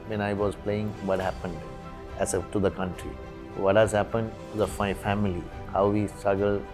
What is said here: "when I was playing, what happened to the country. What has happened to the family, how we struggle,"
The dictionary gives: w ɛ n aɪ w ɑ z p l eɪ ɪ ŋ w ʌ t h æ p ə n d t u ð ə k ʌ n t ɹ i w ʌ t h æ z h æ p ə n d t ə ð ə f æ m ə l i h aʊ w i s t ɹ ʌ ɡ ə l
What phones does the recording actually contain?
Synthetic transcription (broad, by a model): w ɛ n aɪ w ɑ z p l eɪ ɪ ŋ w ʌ t h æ p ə n d t u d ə k ʌ n t ɹ i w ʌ t h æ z h æ p ə n d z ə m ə f æ m ə l i h aʊ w i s t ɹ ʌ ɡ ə l